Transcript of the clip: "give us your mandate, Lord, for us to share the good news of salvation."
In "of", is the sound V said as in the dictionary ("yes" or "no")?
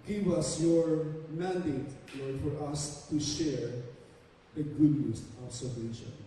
no